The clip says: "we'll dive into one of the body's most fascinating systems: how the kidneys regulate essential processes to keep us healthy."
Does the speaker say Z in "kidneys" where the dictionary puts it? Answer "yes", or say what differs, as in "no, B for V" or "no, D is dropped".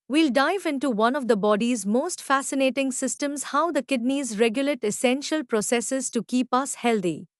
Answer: yes